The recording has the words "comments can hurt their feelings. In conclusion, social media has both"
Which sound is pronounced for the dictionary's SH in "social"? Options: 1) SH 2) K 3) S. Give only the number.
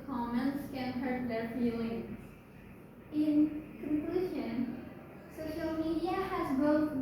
1